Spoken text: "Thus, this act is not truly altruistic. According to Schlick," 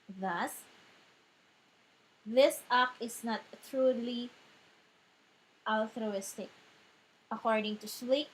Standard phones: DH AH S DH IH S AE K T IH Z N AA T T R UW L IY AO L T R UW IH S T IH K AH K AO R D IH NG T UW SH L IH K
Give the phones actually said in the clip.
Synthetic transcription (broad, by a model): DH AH S DH IH S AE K IH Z N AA T T R UW L IY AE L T R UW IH S T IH K AH K AO R D IH NG T UW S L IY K